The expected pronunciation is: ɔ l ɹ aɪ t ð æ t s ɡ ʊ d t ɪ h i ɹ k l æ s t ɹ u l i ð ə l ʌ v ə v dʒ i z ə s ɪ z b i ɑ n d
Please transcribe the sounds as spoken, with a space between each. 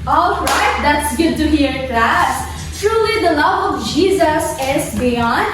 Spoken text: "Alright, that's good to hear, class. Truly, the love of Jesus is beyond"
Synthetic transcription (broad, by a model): ɔ l ɹ aɪ t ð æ t s ɡ ʊ d t ɪ h i ɹ k l æ s t ɹ u l i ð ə l ʌ v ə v dʒ i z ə s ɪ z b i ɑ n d